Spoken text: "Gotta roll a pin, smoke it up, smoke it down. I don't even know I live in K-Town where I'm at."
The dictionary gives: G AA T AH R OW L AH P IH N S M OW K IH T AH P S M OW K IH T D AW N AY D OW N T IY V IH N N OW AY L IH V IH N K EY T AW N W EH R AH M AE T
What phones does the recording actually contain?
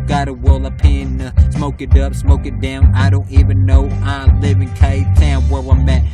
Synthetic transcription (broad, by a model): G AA T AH W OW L AH P IH N S M OW K IH T AH P S M OW K IH T D AW N AY D OW N T IY V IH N N OW AY L IH V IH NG K EY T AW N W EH W AH M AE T